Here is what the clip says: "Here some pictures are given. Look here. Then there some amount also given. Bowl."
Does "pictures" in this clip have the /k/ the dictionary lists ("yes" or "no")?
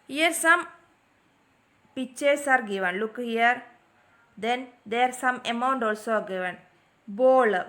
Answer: no